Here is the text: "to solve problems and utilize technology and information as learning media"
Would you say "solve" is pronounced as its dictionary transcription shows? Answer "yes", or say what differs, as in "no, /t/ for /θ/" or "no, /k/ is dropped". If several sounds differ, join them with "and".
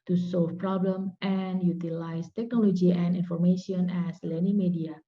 no, /f/ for /v/